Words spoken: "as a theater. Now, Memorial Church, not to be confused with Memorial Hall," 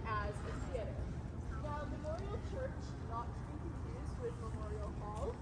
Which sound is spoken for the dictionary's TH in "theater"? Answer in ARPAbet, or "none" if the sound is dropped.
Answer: S